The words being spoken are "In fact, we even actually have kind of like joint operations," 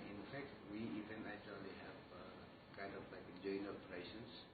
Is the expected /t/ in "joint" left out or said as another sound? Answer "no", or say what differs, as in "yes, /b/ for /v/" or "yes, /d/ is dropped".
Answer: yes, /t/ is dropped